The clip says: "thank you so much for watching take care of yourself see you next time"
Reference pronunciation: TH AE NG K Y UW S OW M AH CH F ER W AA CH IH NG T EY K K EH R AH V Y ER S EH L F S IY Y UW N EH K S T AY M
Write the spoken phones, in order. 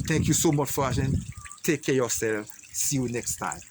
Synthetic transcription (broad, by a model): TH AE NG K Y UW S OW M AH CH F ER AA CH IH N T EY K K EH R Y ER S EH L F S IY Y UW N EH K S T AY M